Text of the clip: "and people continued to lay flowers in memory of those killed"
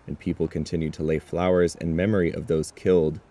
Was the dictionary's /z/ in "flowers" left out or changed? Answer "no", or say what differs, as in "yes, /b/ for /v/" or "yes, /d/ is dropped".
no